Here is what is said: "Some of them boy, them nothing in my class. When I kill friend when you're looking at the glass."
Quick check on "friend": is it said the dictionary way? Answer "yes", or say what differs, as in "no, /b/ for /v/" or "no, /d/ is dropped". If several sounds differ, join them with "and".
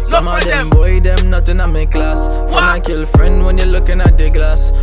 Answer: yes